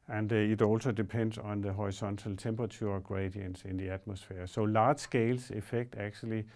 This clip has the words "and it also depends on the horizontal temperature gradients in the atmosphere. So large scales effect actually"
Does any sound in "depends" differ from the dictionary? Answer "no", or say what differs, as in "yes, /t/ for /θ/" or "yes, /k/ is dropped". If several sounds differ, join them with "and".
yes, /s/ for /z/